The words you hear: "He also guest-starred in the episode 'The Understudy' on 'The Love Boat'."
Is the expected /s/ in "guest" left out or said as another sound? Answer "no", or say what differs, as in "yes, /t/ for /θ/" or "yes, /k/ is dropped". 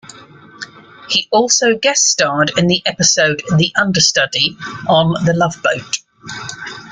yes, /s/ is dropped